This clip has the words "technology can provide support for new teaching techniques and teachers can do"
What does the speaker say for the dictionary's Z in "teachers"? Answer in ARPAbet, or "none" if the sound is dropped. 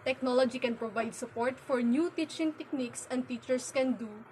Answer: S